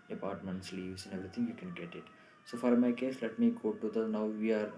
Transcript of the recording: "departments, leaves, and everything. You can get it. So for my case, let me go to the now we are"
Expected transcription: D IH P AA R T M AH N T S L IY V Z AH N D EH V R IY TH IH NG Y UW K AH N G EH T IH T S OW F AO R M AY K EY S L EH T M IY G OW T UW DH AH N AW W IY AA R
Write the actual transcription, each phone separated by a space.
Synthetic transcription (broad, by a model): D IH P AA R T M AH N T S L IY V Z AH N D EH V R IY T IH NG Y UW K AH N G EH T IH T S OW F AO R M AY K EY S L EH T M IY G OW T UW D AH N AW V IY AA R